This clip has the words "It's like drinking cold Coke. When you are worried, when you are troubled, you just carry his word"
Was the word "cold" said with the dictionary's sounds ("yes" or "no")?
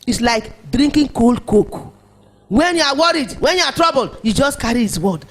yes